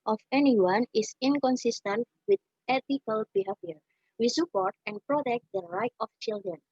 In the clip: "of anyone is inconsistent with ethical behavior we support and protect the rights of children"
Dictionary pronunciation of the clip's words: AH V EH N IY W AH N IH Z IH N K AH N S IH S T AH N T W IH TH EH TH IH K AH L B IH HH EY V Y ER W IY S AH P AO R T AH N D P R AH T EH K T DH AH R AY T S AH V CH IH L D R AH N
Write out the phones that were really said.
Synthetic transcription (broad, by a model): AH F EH N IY W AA N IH S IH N K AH N S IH S T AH N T W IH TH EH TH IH K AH L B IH HH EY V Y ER W IY S AH P AO R T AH N P R AH T EH K T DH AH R AY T AH F CH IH L D R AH N